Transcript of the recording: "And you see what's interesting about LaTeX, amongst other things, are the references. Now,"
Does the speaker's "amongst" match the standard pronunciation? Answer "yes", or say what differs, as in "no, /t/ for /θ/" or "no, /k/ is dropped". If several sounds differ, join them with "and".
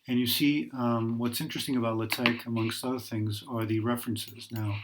yes